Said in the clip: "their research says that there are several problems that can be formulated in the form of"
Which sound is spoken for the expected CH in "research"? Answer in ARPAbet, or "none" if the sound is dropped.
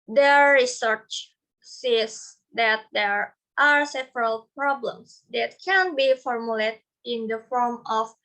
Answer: CH